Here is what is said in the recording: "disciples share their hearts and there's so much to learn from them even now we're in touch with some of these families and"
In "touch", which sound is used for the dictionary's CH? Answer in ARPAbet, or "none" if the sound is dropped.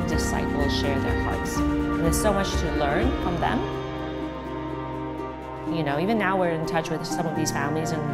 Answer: CH